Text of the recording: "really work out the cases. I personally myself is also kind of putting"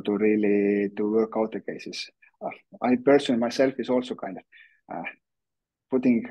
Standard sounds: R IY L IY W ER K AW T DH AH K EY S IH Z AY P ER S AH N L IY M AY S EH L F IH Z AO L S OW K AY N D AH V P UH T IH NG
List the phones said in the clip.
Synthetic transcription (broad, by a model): R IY L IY W ER K AW T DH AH K EY S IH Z AY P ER S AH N M AY S EH L F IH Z AO L S OW K AY N D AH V P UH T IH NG